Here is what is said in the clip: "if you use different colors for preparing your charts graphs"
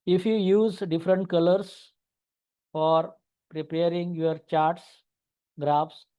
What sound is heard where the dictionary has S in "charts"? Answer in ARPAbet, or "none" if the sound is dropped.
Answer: S